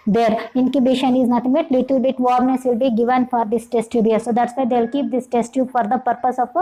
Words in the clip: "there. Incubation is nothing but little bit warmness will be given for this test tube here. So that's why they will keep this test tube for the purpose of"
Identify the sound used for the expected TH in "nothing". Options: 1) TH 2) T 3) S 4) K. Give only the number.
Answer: 2